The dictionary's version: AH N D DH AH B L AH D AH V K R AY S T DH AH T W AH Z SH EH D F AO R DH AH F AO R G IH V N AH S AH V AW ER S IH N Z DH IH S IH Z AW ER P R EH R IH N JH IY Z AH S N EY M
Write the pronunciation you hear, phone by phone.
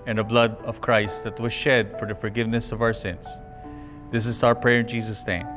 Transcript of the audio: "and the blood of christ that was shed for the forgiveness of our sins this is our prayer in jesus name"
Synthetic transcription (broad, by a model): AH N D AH B L AH D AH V K R AY S T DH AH T W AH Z SH EH D F AO R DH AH F AO R G IH V N AH S AH V AW ER S IH N S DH IH S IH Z AW ER P R EH R IH N JH IY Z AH S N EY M